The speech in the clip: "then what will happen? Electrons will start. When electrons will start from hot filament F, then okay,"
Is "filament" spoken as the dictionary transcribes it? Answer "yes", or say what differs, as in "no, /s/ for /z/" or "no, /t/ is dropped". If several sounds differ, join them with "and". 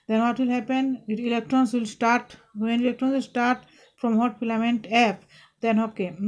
no, /p/ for /f/